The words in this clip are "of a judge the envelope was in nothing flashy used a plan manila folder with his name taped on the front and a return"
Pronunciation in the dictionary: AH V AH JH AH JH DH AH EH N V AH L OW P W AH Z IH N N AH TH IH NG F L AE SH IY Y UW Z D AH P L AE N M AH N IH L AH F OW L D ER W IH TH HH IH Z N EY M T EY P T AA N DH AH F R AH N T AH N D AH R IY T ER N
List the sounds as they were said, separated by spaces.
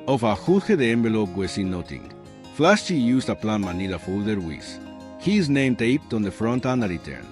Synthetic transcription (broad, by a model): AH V AH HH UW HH DH AH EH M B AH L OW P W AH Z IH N N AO T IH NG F L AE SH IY Y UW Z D AH P L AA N M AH N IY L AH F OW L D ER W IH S HH IH Z N EY M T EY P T AA N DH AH F R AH N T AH N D AH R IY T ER N